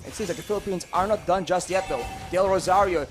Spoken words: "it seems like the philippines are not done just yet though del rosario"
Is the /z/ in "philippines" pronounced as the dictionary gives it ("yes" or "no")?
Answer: yes